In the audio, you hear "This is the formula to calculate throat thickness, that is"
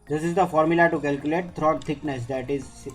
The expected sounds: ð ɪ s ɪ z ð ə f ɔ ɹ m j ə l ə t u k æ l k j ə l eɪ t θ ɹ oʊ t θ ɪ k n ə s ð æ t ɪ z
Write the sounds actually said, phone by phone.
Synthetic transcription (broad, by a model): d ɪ s ɪ z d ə f ɔ ɹ m j ə l ə t u k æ l k j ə l eɪ t t ɹ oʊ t t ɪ k n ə s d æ t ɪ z